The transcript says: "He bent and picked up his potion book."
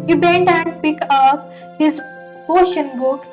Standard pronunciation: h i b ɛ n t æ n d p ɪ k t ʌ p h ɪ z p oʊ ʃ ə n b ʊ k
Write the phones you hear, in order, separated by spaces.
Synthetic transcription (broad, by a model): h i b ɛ n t æ n d p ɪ k ʌ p h ɪ z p oʊ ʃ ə n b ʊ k